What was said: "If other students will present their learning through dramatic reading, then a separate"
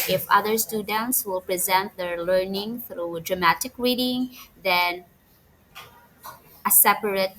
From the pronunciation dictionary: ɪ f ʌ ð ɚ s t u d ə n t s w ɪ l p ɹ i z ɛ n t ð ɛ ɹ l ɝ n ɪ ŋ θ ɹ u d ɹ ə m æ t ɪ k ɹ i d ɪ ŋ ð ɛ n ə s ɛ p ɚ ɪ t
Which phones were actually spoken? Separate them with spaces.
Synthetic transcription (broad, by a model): ɪ f ʌ ð ɚ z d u d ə n s w ɪ l p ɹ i z ɛ n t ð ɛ ɹ l ɝ n ɪ ŋ θ ɹ u d ɹ ə m æ t ɪ k ɹ i d ɪ ŋ ð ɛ n ə s ɛ p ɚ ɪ t